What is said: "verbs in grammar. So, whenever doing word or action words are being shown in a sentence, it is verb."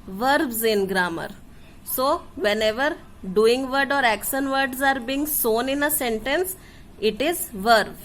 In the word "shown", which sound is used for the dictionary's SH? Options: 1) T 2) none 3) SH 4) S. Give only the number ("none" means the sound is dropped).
4